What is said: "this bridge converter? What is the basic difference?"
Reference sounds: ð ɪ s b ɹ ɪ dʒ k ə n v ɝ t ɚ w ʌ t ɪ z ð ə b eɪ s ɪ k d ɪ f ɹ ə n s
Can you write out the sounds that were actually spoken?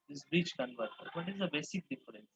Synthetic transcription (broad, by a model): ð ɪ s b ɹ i tʃ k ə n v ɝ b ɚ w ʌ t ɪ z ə b eɪ s ɪ k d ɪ f ɹ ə n s